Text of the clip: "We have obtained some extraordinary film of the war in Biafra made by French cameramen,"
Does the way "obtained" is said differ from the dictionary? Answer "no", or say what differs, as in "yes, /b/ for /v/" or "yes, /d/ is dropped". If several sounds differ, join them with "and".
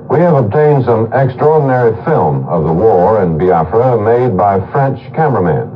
no